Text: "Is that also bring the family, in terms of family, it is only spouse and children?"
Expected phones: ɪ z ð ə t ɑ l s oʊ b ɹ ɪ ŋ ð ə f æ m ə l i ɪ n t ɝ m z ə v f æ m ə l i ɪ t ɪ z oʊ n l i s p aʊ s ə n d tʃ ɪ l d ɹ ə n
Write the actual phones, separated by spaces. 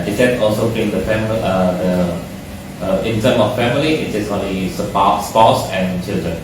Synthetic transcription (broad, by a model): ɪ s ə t ɑ l s oʊ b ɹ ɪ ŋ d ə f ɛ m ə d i ɪ n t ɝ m ə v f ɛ m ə l i ɪ t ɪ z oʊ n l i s p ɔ s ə n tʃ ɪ l d ɹ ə n